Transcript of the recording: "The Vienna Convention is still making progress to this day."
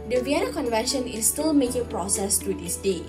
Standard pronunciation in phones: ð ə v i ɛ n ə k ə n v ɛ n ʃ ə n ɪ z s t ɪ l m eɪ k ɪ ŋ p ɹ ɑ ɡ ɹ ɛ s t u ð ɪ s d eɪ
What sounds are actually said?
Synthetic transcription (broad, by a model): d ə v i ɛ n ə k ə n v ɛ n ʃ ə n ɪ s t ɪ l m eɪ k ɪ ŋ p ɹ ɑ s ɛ s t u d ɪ s d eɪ